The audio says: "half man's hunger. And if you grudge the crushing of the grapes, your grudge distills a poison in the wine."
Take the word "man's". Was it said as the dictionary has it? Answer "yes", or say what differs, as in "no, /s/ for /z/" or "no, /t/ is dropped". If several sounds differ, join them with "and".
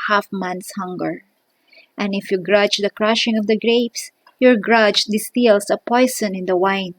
no, /s/ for /z/